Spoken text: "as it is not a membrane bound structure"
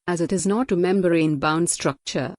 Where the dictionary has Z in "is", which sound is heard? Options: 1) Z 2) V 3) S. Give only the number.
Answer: 1